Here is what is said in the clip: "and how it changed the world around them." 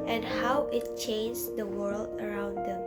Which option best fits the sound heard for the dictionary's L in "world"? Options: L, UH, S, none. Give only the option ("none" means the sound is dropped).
L